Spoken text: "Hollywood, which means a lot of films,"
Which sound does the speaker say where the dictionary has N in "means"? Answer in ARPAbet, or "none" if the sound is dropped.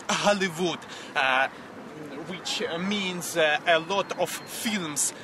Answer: N